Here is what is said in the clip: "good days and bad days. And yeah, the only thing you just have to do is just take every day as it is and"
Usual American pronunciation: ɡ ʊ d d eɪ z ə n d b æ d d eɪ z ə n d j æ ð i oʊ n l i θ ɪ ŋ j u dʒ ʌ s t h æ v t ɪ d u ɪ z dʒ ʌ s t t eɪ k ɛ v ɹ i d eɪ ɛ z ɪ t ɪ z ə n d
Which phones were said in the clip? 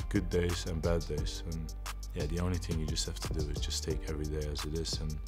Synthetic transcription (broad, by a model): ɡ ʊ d d eɪ z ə n b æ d d eɪ z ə n j æ ð i oʊ n l i θ ɪ ŋ j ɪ dʒ ʌ s t h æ f t ɪ d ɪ ɪ z dʒ ʌ s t t eɪ k ɛ v ɹ i d eɪ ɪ z ɪ t ɪ z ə n